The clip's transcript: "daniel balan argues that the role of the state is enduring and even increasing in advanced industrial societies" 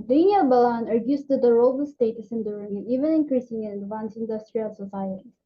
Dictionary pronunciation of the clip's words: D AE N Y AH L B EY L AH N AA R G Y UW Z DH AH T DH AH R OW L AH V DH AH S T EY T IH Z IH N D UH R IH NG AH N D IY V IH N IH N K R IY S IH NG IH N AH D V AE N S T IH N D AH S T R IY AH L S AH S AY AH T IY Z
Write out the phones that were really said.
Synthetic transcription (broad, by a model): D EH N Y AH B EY L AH N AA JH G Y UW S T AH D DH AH R OW L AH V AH S T EY T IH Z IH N D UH R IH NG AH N IY V IH N IH N K R IY S IH NG IH N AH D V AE N S IH N D AH S T R IY AH L S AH S AY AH T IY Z